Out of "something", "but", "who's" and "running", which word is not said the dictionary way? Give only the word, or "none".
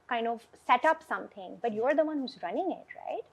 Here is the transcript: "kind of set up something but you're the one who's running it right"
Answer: something